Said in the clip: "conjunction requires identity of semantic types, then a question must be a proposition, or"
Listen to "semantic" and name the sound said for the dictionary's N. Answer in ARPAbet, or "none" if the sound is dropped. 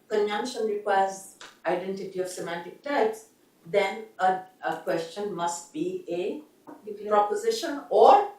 N